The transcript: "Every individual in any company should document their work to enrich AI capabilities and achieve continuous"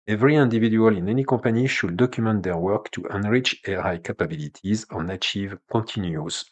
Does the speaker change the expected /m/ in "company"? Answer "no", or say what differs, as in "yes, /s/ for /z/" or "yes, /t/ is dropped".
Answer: yes, /m/ is dropped